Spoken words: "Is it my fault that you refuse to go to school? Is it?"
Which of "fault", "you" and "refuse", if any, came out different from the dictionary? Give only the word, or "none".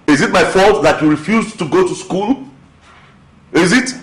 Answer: none